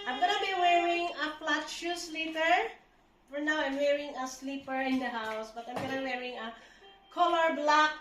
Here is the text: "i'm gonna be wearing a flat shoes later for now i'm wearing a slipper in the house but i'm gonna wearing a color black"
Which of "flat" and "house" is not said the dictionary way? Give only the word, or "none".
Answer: flat